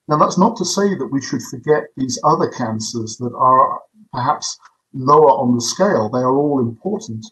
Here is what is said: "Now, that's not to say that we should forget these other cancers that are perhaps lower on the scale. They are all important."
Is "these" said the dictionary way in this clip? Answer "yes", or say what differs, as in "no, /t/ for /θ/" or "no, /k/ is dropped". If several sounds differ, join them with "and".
yes